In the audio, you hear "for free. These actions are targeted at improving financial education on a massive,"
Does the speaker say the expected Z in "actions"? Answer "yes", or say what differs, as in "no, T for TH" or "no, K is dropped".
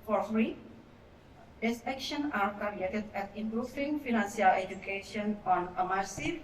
no, Z is dropped